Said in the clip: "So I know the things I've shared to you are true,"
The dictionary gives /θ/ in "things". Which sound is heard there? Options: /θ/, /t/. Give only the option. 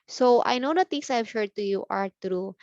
/t/